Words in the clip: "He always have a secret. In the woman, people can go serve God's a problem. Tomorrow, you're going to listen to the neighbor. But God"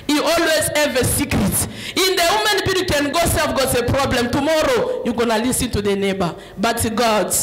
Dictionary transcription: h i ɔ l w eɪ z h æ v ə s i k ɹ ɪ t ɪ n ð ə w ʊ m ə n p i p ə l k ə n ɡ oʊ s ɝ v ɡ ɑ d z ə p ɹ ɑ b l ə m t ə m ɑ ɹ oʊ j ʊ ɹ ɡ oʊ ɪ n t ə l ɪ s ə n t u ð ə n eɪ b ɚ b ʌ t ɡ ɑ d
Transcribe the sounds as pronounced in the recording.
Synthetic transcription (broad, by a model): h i ɔ l w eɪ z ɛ v ə s i k ɹ ɪ t ɪ n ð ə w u m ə n b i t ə k ə n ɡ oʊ s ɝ f ɡ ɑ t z ə p ɹ ɑ b l ə m t ə m ɑ ɹ oʊ j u ɡ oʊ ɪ n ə l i s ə n t u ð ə n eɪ b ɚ b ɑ t ɡ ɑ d